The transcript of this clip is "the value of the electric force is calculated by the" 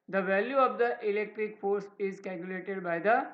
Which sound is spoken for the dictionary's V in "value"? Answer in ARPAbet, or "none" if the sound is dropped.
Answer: V